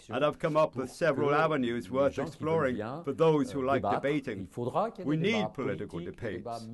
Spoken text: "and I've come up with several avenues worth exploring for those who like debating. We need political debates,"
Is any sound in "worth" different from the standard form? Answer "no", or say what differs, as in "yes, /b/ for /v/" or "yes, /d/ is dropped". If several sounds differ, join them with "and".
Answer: no